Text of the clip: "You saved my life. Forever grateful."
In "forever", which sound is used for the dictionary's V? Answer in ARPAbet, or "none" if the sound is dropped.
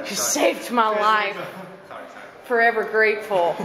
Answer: V